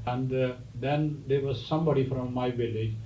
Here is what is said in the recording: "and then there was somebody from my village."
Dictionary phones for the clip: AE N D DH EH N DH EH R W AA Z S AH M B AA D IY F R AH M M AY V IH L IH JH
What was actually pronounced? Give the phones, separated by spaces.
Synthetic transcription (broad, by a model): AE N D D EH N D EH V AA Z S AH M B AA D IY F R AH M M AY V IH L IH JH